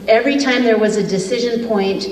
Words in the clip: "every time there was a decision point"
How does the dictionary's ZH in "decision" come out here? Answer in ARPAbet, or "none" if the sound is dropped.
ZH